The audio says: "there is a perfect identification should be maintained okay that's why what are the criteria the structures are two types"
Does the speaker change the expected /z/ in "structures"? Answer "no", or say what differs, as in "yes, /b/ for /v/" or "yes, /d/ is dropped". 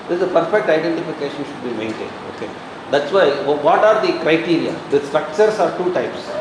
yes, /s/ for /z/